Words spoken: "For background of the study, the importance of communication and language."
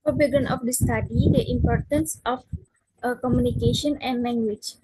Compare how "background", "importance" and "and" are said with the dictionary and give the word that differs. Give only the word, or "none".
background